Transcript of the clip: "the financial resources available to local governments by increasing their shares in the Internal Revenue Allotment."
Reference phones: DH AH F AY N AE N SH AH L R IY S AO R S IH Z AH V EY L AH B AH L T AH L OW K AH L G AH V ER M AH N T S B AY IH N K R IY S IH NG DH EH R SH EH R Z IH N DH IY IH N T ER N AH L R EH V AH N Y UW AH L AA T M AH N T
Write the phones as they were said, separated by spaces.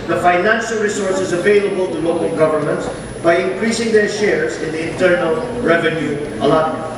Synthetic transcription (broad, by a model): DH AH F AY N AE N SH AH L R IY S AO R S IH Z AH V EY L AH B AH L T AH L OW K AH L G AH V ER M AH N T S B AY IH N K R IY S IH NG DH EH R SH EH R Z IH N DH IY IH N T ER N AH L R EH V AH N Y UW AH L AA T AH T